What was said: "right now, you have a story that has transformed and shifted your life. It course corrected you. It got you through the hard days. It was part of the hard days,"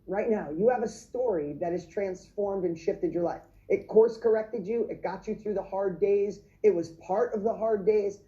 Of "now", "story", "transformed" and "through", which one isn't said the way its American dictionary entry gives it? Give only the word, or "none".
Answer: none